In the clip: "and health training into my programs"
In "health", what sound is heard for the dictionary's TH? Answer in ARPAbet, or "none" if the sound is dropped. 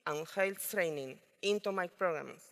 T